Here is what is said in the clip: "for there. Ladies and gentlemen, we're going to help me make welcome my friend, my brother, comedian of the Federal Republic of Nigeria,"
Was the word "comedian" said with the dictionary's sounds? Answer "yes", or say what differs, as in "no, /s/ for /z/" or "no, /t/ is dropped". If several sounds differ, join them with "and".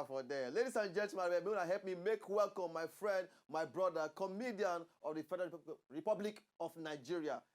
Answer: yes